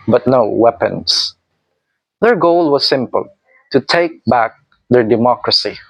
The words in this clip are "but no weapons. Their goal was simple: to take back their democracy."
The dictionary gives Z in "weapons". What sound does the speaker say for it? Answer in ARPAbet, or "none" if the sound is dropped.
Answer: S